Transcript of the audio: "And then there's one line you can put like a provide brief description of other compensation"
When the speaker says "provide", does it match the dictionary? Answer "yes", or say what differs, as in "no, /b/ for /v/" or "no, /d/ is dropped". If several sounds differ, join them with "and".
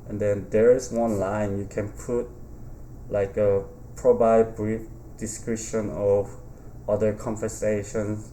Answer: no, /b/ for /v/